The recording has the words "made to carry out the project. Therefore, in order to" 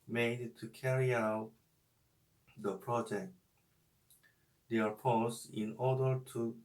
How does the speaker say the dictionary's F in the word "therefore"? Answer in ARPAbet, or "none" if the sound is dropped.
P